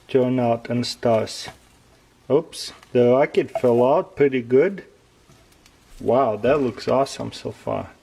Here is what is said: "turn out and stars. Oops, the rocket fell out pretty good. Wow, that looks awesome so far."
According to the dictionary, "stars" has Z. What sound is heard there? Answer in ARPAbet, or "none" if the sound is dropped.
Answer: S